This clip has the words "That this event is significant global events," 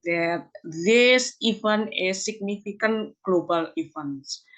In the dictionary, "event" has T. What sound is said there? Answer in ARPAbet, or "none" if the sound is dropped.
none